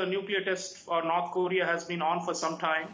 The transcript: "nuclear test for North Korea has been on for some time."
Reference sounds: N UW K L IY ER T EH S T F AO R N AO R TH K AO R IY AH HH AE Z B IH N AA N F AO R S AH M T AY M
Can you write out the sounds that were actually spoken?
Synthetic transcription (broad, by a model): N UW K L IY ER T EH S T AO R N AO R T K AO R IY AH HH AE Z B IH N AA N F AO R S AH M T AY M